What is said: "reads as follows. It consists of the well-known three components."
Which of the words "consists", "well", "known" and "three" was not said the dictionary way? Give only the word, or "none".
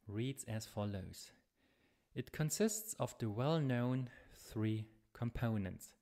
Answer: none